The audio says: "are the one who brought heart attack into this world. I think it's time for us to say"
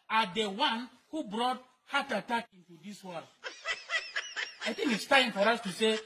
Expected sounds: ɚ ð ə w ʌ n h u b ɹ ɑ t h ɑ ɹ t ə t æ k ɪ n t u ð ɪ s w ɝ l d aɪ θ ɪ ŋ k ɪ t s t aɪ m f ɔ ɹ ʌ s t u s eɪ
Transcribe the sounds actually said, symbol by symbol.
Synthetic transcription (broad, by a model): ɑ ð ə w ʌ n h u b ɹ ɑ t h ɑ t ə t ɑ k ɪ n t u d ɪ s w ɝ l aɪ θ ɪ ŋ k ɪ t s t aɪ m f ɔ ɹ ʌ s t u s eɪ